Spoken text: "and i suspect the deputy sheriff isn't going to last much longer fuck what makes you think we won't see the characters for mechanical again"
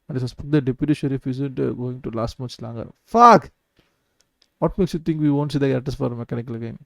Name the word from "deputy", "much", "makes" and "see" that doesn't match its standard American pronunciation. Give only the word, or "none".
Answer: much